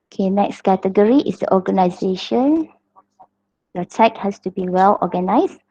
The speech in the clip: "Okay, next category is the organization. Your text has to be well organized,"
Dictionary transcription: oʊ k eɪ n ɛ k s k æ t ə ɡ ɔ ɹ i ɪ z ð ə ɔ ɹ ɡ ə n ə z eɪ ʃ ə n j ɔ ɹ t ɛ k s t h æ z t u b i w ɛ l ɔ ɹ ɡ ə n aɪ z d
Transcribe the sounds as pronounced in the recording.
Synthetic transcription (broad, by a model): oʊ k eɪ n ɛ k s k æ t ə ɡ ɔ ɹ i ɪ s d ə ɔ ɡ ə n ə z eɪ ʃ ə n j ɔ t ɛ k h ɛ s t u b i w ɛ l ɔ ɡ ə n aɪ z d